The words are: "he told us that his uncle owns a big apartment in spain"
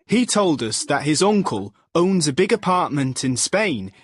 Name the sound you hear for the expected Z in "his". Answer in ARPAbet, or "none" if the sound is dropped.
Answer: Z